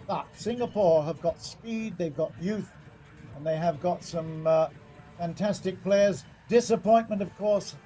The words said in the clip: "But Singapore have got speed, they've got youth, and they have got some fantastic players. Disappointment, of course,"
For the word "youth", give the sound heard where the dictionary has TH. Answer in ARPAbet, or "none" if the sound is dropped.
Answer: TH